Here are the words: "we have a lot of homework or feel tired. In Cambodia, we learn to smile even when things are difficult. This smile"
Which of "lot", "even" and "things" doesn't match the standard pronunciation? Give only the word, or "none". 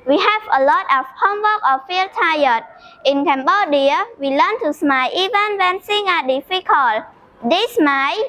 things